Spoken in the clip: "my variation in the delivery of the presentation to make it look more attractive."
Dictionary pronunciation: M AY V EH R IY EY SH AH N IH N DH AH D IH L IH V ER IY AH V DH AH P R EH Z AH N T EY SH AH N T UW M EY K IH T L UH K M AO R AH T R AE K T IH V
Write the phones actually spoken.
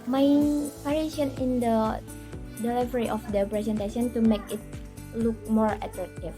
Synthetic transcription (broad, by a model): M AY P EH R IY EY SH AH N IH N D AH D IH L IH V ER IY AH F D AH P R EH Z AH N T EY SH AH N T UW M EY K IH T L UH K M AO R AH T R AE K T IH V